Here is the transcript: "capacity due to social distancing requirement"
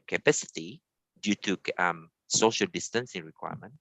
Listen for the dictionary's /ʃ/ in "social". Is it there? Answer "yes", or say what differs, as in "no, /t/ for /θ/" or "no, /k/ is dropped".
yes